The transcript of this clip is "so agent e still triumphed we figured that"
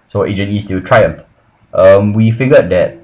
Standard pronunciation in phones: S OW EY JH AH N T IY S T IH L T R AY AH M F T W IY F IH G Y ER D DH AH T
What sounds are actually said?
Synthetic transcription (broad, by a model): S OW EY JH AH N IY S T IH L T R AY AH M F T W IY F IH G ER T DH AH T